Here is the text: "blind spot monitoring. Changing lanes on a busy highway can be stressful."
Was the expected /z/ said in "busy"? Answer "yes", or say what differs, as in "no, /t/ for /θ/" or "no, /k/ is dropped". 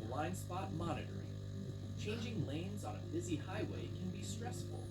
yes